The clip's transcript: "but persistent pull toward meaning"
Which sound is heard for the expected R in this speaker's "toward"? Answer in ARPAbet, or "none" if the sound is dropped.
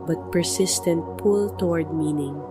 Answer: R